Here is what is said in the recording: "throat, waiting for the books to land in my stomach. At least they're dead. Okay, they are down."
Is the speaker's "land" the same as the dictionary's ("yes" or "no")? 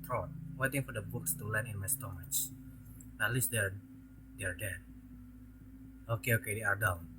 no